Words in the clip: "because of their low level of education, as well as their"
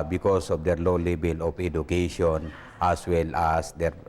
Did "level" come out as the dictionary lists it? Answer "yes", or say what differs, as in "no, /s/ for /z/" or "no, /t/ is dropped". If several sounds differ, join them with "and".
no, /b/ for /v/